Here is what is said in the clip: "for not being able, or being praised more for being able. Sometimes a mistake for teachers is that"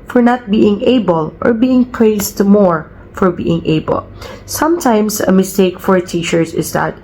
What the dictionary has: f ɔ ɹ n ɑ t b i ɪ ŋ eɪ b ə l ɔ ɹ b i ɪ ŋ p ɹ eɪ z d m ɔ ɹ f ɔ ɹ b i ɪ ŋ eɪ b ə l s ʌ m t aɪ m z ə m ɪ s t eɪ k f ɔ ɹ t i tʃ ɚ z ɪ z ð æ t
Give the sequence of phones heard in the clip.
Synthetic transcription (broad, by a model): f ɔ ɹ n ɑ t b i ɪ ŋ eɪ b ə l ɔ ɹ b i ɪ ŋ p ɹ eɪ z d m ɔ ɹ f ɔ ɹ b i ɪ ŋ eɪ b ə l s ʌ m t aɪ m s ə m ɪ s t eɪ k f ɔ ɹ t i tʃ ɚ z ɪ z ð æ t